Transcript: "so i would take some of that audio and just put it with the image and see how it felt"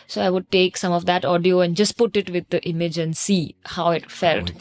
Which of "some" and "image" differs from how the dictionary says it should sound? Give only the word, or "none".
none